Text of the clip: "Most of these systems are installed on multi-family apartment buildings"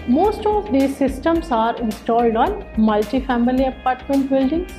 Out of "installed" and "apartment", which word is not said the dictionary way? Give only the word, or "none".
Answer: none